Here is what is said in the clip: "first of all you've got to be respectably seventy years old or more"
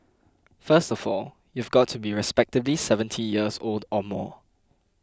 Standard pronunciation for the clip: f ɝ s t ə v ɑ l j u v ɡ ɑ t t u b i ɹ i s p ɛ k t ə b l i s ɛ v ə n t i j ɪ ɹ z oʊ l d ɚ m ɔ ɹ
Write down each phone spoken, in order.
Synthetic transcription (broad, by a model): f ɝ s t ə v ɑ l j u v ɡ ɑ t t u b i ɹ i s p ɛ k t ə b l i s ɛ v ə n t i j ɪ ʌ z oʊ l d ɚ m ɔ